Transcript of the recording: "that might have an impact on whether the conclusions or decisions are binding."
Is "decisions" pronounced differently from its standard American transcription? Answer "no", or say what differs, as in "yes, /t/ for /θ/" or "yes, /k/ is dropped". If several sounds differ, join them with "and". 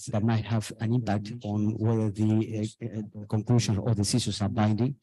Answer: yes, /s/ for /ʒ/